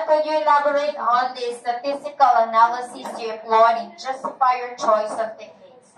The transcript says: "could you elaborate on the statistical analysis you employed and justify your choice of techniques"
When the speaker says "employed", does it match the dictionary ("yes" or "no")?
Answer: no